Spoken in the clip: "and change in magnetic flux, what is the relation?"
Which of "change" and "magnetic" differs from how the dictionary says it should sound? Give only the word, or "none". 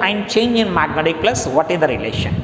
none